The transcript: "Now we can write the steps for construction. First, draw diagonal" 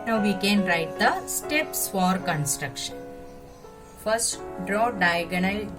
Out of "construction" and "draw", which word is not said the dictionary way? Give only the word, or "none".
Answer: none